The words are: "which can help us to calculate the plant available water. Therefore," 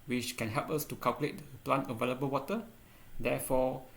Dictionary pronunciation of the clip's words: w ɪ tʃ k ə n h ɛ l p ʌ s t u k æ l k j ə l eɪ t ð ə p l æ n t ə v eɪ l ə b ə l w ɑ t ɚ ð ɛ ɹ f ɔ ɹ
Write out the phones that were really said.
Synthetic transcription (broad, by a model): w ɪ tʃ k ə n h ɛ l p ʌ s t u k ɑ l k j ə l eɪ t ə p l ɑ n t ə v eɪ l ə b ə l w ɑ t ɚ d ɛ f ɔ